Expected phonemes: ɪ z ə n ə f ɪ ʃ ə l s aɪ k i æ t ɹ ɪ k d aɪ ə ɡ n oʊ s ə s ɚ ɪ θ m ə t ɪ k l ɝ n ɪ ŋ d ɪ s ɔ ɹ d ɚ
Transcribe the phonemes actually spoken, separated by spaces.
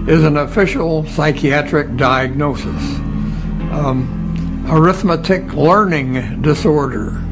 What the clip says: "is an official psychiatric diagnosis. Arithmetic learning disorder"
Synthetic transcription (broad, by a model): ɪ z ə n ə f ɪ ʃ l s aɪ k i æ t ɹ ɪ k d aɪ ə ɡ n oʊ s ə s ɚ ɪ θ m ə t ɪ k l ɝ n ɪ ŋ d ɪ s ɔ ɹ d ɚ